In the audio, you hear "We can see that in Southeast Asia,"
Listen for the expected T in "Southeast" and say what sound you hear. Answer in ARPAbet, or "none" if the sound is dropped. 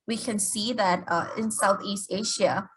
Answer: T